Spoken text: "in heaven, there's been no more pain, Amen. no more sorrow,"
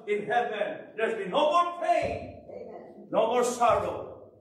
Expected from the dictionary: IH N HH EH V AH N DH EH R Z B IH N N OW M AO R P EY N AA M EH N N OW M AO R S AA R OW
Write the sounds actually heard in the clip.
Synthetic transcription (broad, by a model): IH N HH EH V AH N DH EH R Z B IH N N OW M AO R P EY AA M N N OW M AO R S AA R OW